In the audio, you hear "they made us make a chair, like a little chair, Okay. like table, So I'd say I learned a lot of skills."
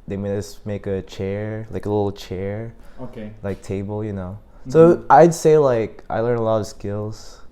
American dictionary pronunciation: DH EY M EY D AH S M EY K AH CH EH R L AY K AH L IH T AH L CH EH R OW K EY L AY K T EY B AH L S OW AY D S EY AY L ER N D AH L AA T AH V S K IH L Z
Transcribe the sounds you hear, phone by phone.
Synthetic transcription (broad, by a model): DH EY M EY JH AH S M EY K AH CH EH R L AY K AH L IH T L CH EH R OW K EY L AY K T EY B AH N S OW AY D S EY AY L ER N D AH L AA T AH V S K IH L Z